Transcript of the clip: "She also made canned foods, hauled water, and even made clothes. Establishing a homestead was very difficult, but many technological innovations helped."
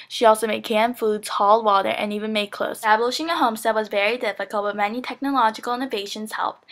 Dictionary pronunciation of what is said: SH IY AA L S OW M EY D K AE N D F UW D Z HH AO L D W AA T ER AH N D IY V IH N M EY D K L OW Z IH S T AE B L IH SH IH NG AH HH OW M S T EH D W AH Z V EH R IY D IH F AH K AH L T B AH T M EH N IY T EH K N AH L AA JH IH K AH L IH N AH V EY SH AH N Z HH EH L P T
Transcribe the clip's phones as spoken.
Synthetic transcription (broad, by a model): SH IY AA L S OW M EY D K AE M F UW D Z HH AO L D W AA T ER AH N IY V IH N M EY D K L OW IH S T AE B L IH SH IH NG AH HH OW M S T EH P W AH Z V EH R IY D IH F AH K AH L T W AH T M EH N IY T EH K N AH L AA JH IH K L IH N AH V EY SH AH N Z HH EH L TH